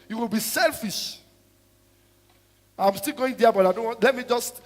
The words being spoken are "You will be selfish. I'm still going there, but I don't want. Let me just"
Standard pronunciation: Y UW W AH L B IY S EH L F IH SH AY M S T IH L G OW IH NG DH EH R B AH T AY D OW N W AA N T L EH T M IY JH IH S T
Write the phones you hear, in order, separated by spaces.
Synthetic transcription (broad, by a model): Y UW W AH L B IY S EH L F IH SH AY M S T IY L G OW IH NG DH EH B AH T AY D OW N W AA N T L EH T M IY JH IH S T